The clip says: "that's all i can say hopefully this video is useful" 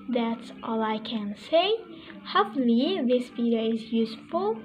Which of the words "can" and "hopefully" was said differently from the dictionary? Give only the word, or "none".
hopefully